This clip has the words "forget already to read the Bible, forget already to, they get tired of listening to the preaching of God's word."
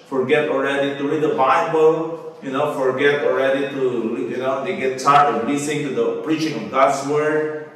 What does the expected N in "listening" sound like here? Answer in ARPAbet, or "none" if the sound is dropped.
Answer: none